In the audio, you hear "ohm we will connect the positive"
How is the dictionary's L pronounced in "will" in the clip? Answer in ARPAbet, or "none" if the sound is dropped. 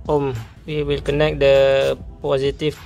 L